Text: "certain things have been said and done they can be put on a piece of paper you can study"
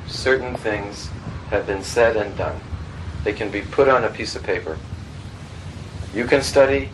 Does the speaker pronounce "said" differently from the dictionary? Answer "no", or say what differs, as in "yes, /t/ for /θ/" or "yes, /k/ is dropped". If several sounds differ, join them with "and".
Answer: no